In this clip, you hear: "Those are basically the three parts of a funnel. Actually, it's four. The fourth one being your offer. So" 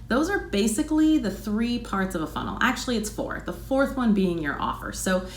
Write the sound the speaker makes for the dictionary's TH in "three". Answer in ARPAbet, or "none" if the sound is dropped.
TH